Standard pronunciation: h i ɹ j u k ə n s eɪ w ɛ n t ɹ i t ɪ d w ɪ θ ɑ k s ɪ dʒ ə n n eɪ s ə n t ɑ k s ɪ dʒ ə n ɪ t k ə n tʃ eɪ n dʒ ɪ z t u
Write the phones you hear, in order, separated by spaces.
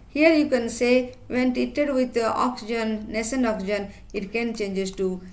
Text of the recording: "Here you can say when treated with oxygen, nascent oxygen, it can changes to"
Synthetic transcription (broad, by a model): h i ɹ j u k ə n s eɪ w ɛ n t i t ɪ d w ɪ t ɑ k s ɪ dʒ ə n n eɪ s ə n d ɑ k s ɪ dʒ ə n ɪ t k ə n tʃ eɪ n dʒ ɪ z t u